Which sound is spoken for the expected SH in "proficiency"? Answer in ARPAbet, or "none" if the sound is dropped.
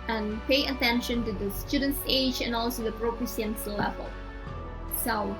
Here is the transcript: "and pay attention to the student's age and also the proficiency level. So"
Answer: S